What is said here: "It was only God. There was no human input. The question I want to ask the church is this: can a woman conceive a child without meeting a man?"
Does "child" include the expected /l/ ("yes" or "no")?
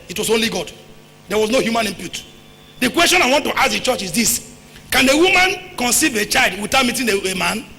yes